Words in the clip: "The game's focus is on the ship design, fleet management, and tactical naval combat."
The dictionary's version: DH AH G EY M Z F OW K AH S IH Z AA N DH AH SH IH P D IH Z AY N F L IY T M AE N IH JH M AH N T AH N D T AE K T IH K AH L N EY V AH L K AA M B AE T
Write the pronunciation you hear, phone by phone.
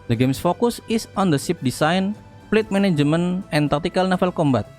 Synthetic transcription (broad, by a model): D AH G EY M S F OW K AH S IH S AA N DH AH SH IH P D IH S AY N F L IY T M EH N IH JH M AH N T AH N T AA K T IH K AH L N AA F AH L K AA M B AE T